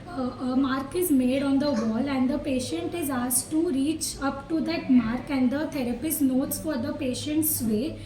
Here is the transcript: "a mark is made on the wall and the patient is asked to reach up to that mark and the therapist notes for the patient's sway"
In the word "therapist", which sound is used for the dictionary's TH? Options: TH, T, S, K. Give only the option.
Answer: T